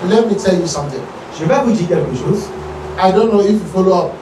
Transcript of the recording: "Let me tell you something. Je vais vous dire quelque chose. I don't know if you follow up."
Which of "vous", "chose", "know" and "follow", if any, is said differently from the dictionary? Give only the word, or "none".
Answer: chose